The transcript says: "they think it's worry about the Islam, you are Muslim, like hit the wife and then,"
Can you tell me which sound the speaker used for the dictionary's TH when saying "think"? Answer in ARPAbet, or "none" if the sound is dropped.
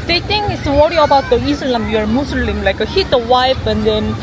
T